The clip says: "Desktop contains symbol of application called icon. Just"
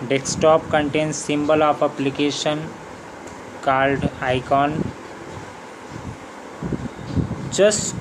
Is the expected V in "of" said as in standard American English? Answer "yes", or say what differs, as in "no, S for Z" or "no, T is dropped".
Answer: no, P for V